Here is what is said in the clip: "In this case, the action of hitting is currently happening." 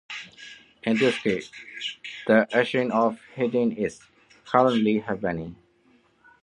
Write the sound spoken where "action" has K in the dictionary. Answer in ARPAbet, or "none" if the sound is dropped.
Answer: none